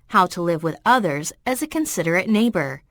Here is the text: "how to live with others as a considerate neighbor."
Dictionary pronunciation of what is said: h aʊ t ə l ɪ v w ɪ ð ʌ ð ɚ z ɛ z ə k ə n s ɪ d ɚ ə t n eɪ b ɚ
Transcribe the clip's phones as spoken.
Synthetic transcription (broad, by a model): h aʊ t ə l ɪ v w ɪ ð ʌ ð ɚ z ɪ z ə k ə n s ɪ d ɚ ə t n eɪ b ɚ